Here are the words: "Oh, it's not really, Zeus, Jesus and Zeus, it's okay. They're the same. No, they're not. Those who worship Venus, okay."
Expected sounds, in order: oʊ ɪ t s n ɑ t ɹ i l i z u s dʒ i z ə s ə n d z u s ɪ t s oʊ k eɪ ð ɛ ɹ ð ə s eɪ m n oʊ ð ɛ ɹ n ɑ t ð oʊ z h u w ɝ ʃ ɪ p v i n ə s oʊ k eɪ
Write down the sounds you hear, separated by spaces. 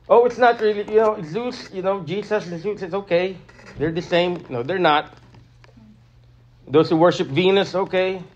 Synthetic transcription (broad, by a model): oʊ ɪ t s n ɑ t ɹ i l i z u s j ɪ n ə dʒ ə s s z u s ɪ t s oʊ k eɪ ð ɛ ɹ ð ə s eɪ m n oʊ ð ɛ ɹ n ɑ t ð oʊ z h u w ɝ ʃ ɪ p v i n ə s oʊ k eɪ